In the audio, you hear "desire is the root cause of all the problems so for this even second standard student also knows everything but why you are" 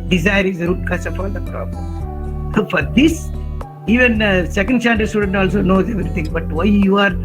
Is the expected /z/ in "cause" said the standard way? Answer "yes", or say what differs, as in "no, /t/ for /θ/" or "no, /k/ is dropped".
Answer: no, /s/ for /z/